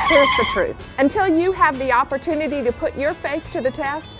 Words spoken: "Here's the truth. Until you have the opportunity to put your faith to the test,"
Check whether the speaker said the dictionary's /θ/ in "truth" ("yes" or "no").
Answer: yes